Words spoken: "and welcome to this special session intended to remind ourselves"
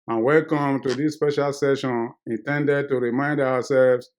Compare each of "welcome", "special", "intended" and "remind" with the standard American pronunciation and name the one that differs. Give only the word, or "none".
none